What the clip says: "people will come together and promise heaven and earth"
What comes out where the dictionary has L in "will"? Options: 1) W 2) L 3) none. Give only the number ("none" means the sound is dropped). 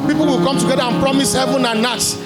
2